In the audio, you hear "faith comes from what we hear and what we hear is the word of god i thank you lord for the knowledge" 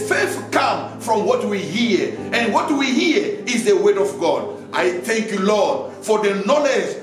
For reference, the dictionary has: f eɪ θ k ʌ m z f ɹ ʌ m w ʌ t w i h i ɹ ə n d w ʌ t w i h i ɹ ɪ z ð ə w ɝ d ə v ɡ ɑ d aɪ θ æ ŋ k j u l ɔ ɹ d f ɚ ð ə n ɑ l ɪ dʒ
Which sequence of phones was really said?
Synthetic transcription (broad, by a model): f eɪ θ k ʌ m f ɹ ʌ m w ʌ t w i h i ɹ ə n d w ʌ t w i h i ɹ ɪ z ð ə w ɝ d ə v ɡ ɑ d aɪ θ æ ŋ k j u l ɔ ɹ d f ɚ ð ə n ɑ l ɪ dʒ